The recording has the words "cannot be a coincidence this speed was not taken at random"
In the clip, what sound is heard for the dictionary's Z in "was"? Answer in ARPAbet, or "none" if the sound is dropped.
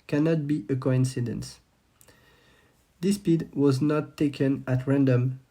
Z